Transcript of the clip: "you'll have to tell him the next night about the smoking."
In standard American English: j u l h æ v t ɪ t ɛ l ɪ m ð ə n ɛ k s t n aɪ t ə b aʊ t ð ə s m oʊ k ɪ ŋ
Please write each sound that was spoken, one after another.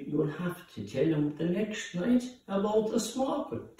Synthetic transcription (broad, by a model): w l h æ f t ɪ t ɛ l ɪ m ð ə n ɛ k s t n aɪ t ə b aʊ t ð ə s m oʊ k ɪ